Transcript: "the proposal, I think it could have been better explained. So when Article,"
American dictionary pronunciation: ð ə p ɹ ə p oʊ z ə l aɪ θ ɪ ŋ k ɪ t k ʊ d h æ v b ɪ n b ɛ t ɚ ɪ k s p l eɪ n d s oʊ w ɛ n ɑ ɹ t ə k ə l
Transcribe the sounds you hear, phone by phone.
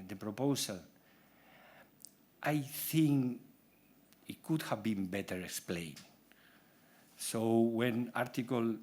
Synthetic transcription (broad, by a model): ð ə p ɹ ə p oʊ s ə l aɪ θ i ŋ k ɪ t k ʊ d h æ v b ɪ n b ɛ t ɚ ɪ k s p l eɪ n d s oʊ w ɛ n ɑ ɹ t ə k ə l